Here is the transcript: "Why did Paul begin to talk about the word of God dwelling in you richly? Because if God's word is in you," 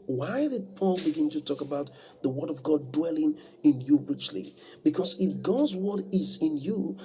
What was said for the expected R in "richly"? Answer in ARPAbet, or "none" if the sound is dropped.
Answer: R